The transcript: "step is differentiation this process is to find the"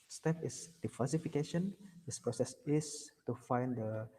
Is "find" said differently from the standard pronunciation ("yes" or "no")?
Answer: no